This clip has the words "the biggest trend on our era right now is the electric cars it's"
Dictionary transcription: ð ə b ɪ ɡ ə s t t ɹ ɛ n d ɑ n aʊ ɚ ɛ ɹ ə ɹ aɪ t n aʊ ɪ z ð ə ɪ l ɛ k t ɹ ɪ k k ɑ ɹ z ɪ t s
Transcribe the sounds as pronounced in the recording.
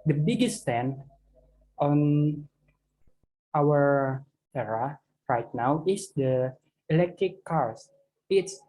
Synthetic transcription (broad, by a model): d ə b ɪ ɡ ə s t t ɛ n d ɑ n aʊ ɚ ɛ ɹ ə ɹ aɪ t n aʊ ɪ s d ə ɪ l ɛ k t ɹ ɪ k k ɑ ɹ s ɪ t s